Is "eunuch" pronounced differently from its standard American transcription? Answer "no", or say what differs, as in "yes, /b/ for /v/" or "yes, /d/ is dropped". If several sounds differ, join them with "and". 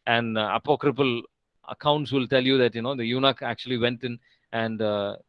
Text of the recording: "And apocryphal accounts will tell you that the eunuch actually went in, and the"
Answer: no